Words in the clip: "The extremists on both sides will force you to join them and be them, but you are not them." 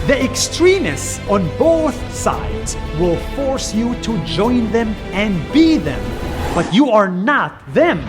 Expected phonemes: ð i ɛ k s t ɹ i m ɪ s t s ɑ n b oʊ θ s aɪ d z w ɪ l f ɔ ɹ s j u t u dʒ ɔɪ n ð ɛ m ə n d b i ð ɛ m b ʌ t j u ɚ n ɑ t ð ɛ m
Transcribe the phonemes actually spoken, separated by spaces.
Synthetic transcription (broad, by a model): ð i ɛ k s t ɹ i m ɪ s s ɑ n b oʊ θ s aɪ d z w ɪ l f ɔ ɹ s j u t u dʒ ɔɪ n ð ɛ m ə n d b i ð ɛ m b ʌ t j u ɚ n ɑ t ð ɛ m